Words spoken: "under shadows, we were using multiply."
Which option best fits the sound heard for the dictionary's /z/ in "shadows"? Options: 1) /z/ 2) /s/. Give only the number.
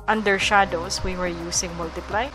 2